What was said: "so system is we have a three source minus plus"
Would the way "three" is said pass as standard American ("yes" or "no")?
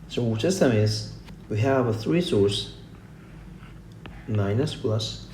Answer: yes